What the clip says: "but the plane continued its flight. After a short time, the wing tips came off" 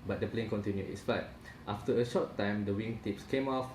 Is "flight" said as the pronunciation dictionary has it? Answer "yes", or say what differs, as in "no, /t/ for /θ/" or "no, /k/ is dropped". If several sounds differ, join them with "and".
no, /l/ is dropped